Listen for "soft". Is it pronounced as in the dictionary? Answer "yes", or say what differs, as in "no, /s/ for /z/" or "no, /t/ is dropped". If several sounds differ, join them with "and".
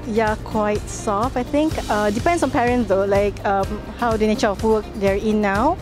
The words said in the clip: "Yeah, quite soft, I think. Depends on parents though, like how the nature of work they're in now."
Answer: no, /t/ is dropped